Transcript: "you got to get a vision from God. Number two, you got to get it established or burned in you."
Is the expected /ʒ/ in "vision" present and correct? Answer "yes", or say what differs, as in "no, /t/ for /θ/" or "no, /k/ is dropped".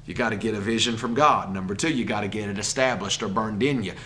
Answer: yes